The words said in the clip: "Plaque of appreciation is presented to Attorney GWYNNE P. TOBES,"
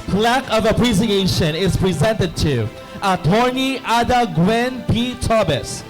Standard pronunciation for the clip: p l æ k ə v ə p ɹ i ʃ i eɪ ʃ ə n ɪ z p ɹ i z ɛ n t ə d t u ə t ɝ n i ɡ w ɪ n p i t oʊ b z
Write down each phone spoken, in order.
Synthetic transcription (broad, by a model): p l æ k ə v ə p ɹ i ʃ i eɪ ʃ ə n ɪ z p ɹ i z ɛ n t ə d t u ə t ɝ n i ɡ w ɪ n p i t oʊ b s